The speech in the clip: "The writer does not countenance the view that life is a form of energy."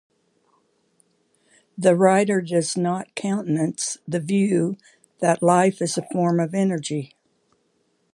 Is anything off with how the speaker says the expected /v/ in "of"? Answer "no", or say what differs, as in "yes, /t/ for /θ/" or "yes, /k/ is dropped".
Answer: no